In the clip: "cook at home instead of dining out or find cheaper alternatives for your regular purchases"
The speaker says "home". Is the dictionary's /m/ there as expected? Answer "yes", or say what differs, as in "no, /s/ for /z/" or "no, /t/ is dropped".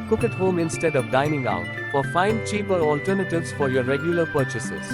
yes